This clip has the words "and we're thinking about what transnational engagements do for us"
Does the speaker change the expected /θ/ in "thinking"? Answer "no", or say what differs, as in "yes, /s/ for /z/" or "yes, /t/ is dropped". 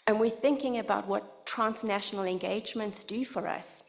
no